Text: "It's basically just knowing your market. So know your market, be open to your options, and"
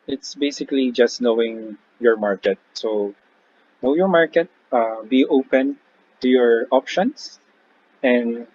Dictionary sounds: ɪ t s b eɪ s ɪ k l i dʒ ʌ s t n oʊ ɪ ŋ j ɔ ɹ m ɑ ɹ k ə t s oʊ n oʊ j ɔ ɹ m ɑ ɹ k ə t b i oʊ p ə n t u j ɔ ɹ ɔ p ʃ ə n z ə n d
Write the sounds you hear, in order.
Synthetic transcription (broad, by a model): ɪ t s b eɪ s ɪ k l i dʒ ʌ s t n oʊ ɪ ŋ j ɔ ɹ m ɑ ɹ k ə t s oʊ n oʊ j ɔ ɹ m ɑ ɹ k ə t b i oʊ p ə n t u j ɔ ɹ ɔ p ʃ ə n s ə n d